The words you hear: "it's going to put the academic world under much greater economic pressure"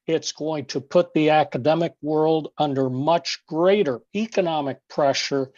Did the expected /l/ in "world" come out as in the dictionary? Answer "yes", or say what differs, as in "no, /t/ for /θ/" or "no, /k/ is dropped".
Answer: yes